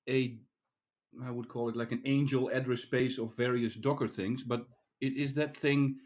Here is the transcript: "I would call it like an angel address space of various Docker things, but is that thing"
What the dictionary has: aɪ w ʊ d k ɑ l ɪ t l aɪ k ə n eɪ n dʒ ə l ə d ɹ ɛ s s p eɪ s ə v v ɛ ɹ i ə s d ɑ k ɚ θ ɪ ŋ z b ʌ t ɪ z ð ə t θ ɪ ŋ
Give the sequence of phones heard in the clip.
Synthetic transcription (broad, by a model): aɪ w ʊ d k ɑ l ɪ t l aɪ k ə n eɪ n dʒ ə l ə d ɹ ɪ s s p eɪ s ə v v ɛ ɹ i ə s d ɑ k ɚ θ ɪ ŋ z b ʌ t ɪ z ð ə t θ ɪ ŋ